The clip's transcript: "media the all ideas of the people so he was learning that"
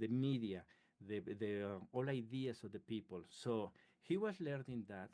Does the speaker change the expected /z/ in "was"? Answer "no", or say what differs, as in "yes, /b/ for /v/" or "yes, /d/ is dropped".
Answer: yes, /s/ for /z/